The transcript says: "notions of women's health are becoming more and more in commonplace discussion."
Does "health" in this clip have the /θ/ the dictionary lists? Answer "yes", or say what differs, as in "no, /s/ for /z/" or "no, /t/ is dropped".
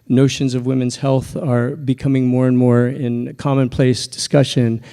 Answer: yes